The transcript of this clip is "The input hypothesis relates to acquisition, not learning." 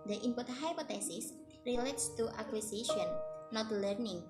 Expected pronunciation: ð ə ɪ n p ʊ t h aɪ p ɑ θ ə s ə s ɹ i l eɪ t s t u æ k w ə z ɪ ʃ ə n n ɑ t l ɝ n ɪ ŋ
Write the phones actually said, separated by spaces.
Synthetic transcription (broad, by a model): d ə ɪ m p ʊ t h aɪ p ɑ t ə s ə s ɹ i l eɪ t s t u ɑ k w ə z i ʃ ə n n ɑ t l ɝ n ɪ ŋ